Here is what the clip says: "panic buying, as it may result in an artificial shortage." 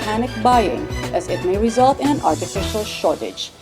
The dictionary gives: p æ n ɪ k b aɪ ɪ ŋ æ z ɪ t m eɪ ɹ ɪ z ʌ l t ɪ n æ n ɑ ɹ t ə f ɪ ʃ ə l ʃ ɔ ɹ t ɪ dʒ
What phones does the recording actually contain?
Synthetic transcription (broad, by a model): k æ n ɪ k b aɪ ɪ ŋ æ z ɪ t m eɪ ɹ ɪ z ʌ l t ɪ n æ n ɑ ɹ t ə f ɪ ʃ ə l ʃ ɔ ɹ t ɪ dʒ